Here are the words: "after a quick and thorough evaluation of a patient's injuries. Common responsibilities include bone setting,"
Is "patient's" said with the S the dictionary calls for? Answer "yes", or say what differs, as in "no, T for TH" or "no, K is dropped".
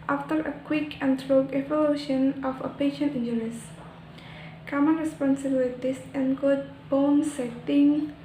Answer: no, S is dropped